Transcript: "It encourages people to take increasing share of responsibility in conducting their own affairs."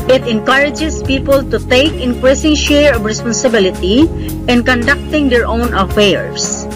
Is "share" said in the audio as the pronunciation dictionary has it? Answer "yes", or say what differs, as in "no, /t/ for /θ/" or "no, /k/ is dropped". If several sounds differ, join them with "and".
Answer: yes